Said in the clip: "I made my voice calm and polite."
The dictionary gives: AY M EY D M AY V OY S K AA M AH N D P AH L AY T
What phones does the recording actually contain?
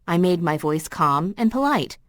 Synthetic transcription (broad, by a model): AY M EY D M AY V OY S K AA M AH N P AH L AY T